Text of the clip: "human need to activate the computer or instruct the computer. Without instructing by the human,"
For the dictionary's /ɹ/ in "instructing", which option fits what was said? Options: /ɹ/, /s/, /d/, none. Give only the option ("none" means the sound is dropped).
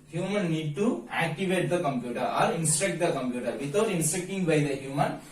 none